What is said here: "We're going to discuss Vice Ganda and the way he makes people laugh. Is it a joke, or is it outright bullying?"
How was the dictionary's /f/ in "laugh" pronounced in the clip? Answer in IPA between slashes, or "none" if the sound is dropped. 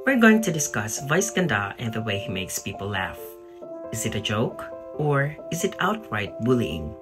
/f/